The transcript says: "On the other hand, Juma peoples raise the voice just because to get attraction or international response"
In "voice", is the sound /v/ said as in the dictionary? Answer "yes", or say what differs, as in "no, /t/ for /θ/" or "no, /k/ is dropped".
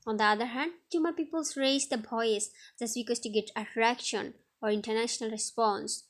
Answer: no, /b/ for /v/